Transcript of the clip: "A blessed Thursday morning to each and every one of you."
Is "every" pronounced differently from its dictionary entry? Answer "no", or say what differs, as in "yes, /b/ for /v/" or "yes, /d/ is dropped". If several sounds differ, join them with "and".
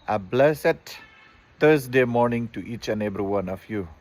yes, /b/ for /v/